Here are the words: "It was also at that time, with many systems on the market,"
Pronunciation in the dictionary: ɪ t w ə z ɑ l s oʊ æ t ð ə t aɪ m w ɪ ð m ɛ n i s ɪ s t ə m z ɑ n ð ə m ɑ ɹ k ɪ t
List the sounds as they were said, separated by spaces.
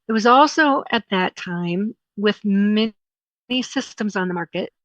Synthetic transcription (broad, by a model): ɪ t w ə z ɑ l s oʊ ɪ t ð ə t aɪ m w ɪ ð m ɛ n i s ɪ s t ə m z n ð ə m ɑ ɹ k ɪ t